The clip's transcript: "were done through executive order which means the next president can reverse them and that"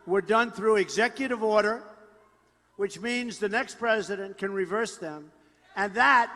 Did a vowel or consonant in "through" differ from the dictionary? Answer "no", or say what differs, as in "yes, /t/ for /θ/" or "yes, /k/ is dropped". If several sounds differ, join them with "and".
no